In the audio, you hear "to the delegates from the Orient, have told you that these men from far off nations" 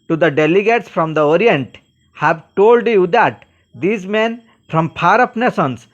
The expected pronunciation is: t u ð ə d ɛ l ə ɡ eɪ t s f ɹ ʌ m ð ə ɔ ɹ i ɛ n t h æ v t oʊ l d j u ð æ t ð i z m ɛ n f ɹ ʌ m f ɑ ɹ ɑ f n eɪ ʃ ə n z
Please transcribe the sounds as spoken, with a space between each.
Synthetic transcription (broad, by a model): t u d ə d ɛ l ə ɡ eɪ t s f ɹ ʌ m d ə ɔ ɹ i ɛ n t h æ v t oʊ l d j u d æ t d i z m ɛ n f ɹ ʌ m p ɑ ɹ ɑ p n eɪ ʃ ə n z